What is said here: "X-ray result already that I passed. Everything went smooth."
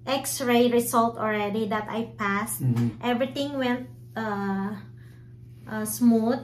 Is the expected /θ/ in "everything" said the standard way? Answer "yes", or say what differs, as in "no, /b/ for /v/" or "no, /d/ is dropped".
no, /t/ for /θ/